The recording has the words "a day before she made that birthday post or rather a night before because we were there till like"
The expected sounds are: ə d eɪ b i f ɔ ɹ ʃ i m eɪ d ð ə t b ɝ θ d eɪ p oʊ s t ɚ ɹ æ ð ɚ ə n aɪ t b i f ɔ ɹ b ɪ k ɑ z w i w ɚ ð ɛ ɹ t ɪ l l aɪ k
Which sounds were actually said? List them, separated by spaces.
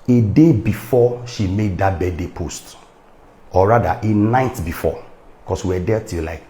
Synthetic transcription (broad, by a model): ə d eɪ b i f ɔ ʃ i m eɪ d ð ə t b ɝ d d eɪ p oʊ s t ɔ ɹ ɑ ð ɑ ə n aɪ t b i f ɔ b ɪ k ɑ s w i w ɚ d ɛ t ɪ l l aɪ k